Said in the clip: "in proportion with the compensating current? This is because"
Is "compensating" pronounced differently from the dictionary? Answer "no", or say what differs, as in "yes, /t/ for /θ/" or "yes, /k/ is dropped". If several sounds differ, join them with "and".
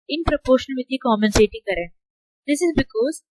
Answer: yes, /p/ is dropped